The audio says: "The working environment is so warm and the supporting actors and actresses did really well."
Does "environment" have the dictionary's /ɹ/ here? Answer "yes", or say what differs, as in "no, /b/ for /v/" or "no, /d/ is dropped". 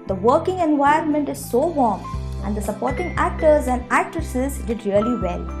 no, /ɹ/ is dropped